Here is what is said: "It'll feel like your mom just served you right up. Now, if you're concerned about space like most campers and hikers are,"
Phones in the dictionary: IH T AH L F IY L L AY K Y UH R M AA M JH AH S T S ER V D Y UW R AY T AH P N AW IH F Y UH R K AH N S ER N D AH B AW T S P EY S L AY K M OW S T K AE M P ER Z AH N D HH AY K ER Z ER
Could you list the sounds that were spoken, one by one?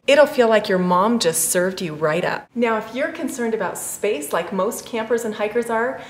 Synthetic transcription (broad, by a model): IH T L F IY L L AY K Y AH R M AA M JH AH S T S ER V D Y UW R AY T AH P N AW IH F Y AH R K AH N S ER N D AH B AW T S P EY S L AY K M OW S T K AE M P ER Z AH N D HH AY K ER Z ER